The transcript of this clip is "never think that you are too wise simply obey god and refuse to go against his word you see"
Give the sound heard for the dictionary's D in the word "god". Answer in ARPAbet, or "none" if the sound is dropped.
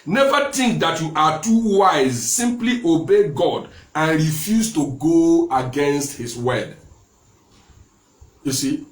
D